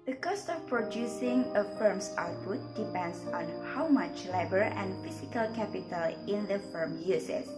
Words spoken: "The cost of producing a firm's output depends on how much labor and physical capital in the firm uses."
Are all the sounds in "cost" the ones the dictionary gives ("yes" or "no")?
yes